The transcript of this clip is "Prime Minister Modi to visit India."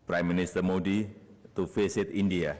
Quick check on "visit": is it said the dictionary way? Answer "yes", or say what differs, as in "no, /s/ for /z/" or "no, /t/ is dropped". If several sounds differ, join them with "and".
no, /f/ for /v/ and /s/ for /z/